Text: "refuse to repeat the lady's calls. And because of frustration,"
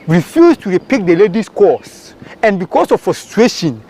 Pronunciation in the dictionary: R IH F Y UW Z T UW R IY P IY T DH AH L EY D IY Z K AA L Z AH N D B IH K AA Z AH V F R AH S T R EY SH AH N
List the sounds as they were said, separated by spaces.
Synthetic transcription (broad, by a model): R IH F Y UW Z T UW R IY P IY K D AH L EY D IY S K AA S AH N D B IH K AA S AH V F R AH S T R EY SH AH N